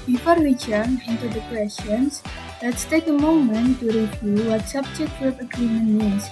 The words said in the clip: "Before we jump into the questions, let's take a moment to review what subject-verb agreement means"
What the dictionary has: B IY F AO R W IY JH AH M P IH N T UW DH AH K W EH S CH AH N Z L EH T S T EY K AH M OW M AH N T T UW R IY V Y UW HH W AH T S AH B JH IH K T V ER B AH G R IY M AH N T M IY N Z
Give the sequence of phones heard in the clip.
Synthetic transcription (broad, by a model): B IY F AO R W IY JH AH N IH N T UW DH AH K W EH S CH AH N S L EH T S T EY K AH M OW M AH N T T UW R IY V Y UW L W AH T S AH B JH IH K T W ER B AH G R IY M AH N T M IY N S